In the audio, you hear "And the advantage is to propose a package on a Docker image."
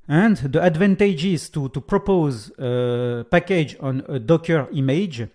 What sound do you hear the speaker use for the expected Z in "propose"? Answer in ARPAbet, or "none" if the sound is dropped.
Z